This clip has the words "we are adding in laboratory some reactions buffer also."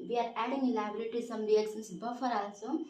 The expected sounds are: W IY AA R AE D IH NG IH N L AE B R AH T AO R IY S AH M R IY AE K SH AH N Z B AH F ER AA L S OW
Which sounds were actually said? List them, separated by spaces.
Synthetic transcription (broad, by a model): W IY AA R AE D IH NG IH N L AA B R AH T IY S AH M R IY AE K S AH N S B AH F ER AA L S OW